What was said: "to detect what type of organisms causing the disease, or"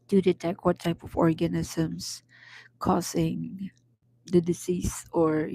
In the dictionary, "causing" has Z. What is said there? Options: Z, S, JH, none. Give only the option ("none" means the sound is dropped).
S